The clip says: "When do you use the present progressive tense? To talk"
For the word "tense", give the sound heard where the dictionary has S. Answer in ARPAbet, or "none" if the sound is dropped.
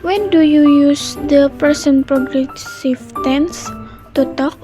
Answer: S